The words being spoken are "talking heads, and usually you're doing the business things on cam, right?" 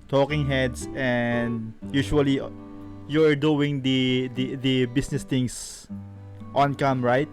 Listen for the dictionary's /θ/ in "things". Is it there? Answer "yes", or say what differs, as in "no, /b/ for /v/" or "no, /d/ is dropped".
no, /t/ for /θ/